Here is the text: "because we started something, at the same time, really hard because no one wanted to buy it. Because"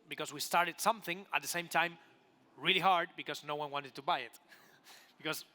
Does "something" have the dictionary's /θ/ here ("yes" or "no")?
yes